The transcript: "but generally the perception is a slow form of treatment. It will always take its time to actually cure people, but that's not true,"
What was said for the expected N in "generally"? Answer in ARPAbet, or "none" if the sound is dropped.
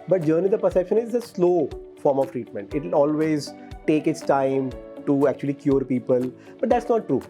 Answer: none